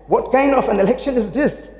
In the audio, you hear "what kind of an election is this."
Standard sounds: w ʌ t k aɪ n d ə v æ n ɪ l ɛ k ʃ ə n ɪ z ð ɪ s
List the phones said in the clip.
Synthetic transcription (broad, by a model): w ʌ t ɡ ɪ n ə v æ n ɪ l ɛ k ʃ ə n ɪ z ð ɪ s